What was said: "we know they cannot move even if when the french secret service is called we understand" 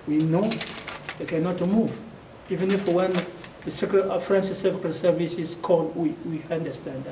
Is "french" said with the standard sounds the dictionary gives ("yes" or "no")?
no